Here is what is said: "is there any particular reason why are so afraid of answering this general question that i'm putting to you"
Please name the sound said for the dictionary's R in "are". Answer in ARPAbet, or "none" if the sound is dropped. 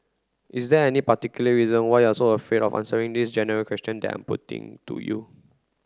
L